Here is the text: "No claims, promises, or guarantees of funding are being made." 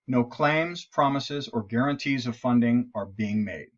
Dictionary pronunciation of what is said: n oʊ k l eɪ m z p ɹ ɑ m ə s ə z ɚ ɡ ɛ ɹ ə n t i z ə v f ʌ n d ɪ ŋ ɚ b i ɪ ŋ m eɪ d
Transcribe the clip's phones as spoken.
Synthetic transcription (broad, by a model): n oʊ k l eɪ m z p ɹ ɑ m ə s ə z ɚ ɡ ɛ ɹ ə n t i z ə v f ʌ n d ɪ ŋ ɚ b i ɪ ŋ m eɪ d